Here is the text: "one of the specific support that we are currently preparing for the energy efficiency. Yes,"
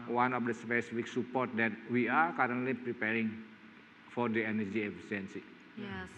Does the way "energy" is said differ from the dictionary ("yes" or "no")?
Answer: no